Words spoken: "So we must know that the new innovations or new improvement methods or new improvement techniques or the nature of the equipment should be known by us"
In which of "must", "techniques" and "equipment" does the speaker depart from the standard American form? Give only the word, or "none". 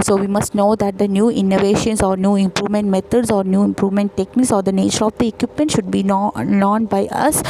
none